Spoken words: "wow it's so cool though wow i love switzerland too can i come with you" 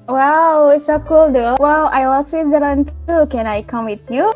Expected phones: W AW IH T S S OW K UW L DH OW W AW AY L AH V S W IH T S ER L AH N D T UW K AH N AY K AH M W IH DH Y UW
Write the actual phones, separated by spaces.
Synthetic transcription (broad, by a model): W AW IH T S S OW K UW L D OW W AW AY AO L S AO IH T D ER AH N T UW K AH N AY K AH M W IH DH Y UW